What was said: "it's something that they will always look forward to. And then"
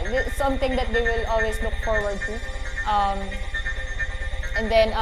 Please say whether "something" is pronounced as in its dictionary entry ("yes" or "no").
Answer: no